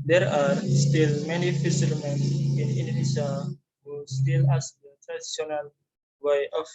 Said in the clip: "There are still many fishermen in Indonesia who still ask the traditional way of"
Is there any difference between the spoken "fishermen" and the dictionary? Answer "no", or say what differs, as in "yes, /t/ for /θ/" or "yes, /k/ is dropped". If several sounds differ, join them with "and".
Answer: yes, /s/ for /ʃ/